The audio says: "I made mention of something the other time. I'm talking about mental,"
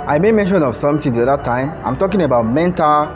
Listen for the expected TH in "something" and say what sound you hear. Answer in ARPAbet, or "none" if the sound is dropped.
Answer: T